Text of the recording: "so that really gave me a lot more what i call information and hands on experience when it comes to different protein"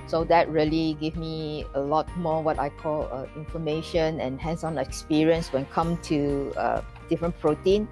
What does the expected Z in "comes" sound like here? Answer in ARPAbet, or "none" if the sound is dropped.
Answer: none